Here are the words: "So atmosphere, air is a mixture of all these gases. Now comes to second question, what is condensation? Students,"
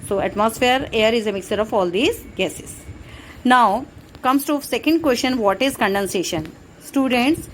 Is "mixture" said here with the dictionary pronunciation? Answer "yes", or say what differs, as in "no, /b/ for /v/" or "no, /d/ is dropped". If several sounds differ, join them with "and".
no, /tʃ/ is dropped